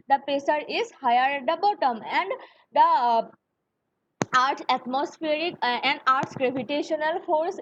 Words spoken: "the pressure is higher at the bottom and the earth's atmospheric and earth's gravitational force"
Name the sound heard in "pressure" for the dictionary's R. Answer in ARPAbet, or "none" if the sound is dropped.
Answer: none